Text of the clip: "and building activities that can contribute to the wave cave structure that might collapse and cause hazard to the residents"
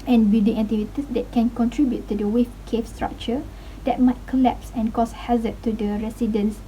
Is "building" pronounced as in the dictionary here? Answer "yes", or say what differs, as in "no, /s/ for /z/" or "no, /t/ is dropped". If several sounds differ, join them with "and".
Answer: no, /l/ is dropped